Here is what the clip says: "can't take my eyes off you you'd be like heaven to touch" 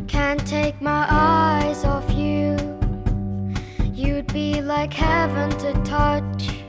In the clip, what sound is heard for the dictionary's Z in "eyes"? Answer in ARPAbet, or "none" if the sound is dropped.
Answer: Z